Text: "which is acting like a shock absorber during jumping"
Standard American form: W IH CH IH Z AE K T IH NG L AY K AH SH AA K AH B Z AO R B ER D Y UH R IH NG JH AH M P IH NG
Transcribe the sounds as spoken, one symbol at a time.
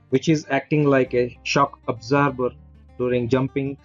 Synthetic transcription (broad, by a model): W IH CH IH Z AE K T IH NG L AY K AH SH AA K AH B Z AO R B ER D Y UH R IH NG JH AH M P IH NG